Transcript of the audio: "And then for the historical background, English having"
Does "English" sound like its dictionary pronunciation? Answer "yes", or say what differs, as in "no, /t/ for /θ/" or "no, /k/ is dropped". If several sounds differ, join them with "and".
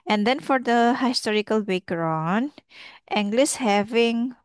no, /s/ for /ʃ/